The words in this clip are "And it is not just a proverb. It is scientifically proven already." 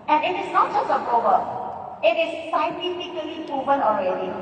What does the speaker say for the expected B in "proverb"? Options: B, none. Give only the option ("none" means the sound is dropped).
none